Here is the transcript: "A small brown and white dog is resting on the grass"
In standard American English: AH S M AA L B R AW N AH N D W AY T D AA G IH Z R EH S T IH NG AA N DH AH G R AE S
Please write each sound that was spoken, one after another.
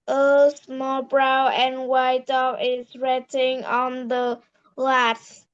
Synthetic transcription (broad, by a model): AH S M AA L B R AW AH N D W AY T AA IH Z R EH T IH NG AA N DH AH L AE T